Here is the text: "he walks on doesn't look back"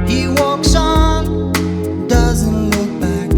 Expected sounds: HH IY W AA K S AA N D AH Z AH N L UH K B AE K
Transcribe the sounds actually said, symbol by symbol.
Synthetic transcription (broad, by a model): HH IY W AA K S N D AH Z AH N L UH K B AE K